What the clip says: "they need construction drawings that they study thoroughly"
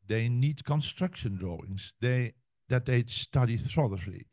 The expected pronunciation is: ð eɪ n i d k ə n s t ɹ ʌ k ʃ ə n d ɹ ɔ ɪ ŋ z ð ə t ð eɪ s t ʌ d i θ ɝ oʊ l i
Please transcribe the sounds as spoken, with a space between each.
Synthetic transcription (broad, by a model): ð eɪ n i d k ə n s t ɹ ʌ k ʃ ə n d ɹ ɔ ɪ ŋ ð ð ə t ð eɪ s t ʌ d i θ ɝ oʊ l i